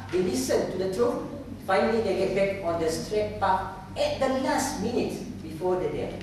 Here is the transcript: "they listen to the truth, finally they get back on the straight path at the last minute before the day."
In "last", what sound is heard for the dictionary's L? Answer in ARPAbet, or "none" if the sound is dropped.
N